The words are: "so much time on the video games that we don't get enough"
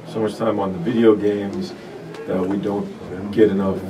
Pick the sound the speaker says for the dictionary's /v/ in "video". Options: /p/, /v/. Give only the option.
/v/